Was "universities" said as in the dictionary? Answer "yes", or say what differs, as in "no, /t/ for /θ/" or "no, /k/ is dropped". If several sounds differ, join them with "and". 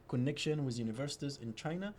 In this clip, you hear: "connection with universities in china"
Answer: yes